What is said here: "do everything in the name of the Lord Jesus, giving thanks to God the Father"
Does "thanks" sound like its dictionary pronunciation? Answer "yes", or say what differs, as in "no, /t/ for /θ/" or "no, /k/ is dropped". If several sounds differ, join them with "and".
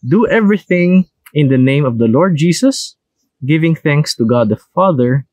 yes